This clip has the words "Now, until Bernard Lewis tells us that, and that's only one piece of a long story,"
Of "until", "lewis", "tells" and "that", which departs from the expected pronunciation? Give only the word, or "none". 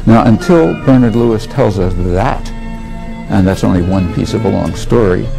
none